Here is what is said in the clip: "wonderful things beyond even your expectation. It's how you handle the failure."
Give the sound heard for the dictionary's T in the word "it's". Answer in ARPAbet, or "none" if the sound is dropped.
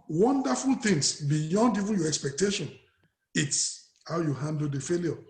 T